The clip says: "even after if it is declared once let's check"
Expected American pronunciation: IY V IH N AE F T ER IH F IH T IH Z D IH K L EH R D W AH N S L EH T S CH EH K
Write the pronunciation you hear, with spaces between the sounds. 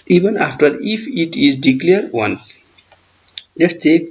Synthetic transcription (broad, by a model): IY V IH N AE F T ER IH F IH T IH Z D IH K L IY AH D W AH N S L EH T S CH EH